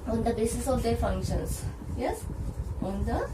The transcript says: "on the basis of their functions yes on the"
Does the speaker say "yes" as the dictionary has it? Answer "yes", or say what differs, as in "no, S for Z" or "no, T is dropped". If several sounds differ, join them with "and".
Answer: yes